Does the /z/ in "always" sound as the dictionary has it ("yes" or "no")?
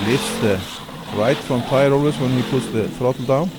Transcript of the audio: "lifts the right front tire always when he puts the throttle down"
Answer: no